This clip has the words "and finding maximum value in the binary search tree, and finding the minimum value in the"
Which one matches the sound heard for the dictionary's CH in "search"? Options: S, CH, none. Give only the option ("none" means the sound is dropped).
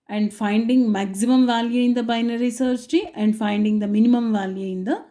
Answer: S